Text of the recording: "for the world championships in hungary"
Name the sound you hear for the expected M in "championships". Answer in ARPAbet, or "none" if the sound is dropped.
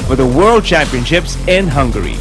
M